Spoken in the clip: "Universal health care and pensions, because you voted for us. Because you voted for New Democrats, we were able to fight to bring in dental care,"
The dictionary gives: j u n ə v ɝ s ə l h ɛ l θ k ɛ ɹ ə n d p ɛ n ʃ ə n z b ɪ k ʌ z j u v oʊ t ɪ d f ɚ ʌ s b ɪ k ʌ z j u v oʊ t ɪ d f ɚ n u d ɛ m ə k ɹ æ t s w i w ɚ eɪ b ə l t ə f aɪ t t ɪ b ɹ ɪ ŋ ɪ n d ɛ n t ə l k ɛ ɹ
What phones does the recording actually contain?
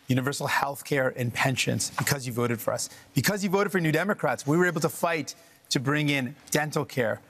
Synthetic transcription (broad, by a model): j u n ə v ɝ s l h ɛ l θ k ɛ ɹ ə n p ɛ n ʃ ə n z b ɪ k ʌ z j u v oʊ t ɪ d f ɚ ʌ s b ɪ k ʌ z j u v oʊ t ɪ d f ɚ n u d ɛ m ə k ɹ æ t s w i w ɚ eɪ b l t ə f aɪ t t ɪ b ɹ ɪ ŋ ɪ n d ɛ n t l k ɛ ɹ